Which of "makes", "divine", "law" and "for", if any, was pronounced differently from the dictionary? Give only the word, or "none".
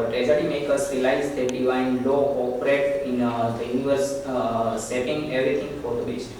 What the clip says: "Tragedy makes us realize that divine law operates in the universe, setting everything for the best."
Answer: makes